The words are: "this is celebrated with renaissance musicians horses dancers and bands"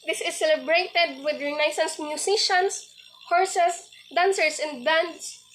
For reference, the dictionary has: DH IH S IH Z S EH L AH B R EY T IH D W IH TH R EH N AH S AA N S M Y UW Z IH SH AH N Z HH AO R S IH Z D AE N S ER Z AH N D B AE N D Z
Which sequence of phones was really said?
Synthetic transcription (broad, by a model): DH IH S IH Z S EH L AH B R EY T IH D W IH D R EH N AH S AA N S M Y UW S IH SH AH N S HH AO R S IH S D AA N S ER S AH N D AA N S